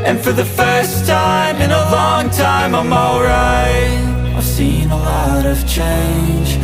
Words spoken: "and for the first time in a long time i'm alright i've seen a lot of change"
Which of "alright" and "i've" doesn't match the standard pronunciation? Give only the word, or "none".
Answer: alright